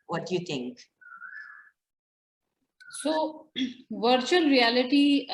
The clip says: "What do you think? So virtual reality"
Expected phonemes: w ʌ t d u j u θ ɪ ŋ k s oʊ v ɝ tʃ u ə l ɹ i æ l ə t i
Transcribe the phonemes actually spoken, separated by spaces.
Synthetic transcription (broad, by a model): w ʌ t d j u t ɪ ŋ k s oʊ v ɝ tʃ u ə l ɹ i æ l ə t i